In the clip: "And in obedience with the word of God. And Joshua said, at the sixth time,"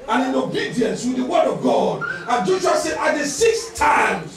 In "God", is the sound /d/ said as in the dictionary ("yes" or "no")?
yes